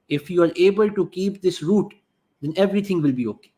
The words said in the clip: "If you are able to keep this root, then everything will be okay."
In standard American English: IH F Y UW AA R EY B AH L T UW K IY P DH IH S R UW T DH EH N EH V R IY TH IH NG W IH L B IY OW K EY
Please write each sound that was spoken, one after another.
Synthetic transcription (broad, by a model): IH F Y UW AA R EY B AH L T UW K IY P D IH S R UW T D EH N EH V R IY T IH NG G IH L B IY OW K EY